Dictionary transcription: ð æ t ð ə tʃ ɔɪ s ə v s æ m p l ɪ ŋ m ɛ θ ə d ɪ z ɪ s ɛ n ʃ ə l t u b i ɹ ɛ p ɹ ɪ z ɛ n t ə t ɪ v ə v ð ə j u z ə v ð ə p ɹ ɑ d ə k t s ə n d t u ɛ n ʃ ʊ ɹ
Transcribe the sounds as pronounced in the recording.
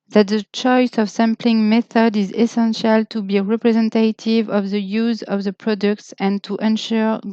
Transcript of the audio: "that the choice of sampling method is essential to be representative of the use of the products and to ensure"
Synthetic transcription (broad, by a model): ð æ t ð ə tʃ ɔɪ s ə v s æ m p l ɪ ŋ m ɛ θ ə d ɪ z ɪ s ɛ n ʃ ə l t u b i ɹ ɛ p ɹ ɪ z ɛ n t ə t ɪ v ə v ð ə j u z ə v ð ə p ɹ ɑ d ə k t s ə n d t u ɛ n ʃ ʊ ɹ